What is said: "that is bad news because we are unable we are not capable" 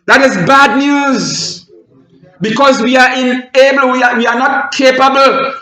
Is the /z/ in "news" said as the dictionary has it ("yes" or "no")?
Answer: yes